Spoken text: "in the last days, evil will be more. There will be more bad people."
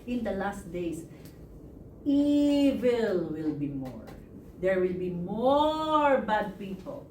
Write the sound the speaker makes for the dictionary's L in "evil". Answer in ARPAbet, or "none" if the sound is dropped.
L